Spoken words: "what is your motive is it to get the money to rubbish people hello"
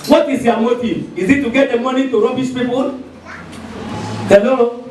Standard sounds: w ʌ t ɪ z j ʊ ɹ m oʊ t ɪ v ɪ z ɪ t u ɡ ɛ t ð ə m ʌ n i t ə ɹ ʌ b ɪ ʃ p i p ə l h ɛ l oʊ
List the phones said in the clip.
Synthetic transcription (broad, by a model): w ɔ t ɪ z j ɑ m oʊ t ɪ ɪ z ɪ t u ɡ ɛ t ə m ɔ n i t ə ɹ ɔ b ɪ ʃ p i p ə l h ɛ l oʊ